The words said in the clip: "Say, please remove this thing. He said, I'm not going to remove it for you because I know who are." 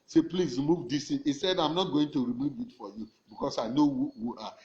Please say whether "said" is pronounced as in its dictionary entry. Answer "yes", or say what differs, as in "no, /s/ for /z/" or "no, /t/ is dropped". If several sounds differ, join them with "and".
yes